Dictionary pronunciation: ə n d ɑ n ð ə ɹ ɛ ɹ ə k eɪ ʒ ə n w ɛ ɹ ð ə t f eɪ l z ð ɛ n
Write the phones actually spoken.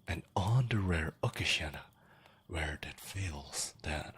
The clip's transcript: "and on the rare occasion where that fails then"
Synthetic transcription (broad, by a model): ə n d ɑ n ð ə ɹ ɛ ɹ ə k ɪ ʃ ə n w ɛ ɹ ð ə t f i l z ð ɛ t